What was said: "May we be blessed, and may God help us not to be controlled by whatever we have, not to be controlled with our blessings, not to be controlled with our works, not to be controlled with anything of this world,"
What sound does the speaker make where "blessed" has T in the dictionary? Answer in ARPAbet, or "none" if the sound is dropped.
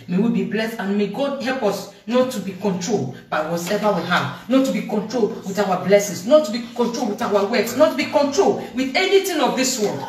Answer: T